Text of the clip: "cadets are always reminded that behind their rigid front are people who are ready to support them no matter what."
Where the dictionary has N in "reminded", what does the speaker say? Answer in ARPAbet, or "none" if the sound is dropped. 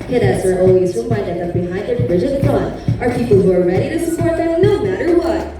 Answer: none